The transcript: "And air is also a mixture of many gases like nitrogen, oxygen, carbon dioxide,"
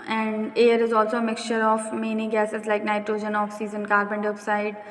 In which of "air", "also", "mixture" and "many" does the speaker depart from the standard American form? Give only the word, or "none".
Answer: none